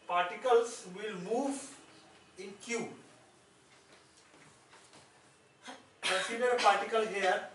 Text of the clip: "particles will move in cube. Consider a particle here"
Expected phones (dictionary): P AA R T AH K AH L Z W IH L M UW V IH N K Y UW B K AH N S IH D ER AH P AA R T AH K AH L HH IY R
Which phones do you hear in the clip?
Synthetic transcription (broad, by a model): P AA R T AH K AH L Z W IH L M UW V IH N K Y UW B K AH S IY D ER P AA R T AH K AH L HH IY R